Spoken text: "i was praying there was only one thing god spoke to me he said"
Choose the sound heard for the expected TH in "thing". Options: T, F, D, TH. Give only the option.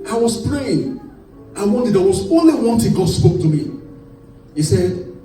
T